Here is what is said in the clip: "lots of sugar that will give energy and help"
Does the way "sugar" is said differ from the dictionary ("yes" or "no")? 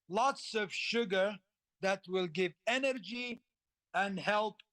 no